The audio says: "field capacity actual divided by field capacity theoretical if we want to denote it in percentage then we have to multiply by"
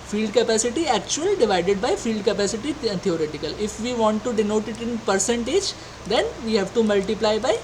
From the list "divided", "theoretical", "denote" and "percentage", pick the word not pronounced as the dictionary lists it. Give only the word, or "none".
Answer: theoretical